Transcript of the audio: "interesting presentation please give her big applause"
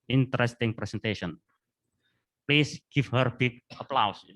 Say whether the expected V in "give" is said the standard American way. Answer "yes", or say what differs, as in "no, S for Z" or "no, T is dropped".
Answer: no, F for V